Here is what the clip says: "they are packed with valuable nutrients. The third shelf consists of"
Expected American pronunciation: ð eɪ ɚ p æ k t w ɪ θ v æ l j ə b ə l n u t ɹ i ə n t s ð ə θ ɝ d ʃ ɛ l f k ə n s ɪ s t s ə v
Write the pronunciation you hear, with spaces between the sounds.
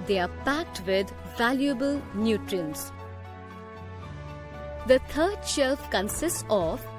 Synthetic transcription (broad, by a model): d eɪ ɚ p æ k t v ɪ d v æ l j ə b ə l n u t ɹ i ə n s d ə t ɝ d ʃ ɛ l f k ə n s ɪ s t s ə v